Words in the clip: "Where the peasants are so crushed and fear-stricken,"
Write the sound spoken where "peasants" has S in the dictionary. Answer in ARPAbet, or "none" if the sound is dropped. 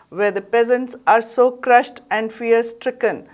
S